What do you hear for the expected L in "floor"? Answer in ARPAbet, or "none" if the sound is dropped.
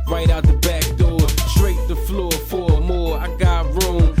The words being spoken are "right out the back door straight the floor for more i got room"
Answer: L